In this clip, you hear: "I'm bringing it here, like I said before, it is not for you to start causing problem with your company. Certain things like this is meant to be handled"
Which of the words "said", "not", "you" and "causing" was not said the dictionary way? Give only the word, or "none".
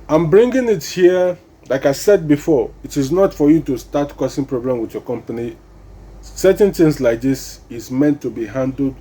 causing